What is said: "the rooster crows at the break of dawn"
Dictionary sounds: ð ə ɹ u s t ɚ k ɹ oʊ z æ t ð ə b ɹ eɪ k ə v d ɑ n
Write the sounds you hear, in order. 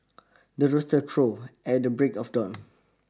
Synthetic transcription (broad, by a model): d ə ɹ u s t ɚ k ɹ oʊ ɛ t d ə b ɹ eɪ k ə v d ɑ n